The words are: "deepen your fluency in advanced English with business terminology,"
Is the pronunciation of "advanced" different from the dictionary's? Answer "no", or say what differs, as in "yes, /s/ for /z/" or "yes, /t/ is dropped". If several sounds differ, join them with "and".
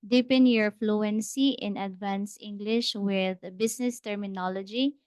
yes, /t/ is dropped